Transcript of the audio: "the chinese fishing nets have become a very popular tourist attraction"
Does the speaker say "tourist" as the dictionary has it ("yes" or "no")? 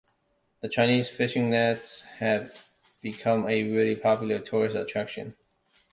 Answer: yes